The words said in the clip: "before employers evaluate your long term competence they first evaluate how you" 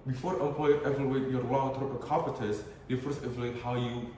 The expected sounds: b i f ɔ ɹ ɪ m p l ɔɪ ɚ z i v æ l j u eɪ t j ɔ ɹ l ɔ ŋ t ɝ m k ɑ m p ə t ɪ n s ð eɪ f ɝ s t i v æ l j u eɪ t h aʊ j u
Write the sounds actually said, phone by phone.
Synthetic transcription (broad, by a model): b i f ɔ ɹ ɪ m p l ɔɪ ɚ i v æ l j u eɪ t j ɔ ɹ l ɔ ŋ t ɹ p k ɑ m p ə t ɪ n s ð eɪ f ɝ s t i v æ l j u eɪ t h aʊ j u